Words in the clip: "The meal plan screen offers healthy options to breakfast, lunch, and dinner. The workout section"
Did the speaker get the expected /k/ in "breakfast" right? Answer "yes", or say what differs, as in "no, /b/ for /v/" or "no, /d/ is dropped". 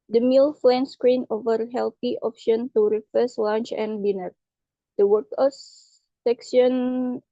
no, /k/ is dropped